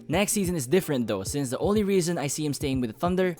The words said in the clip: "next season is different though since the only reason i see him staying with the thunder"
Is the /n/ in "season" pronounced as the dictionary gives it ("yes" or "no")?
yes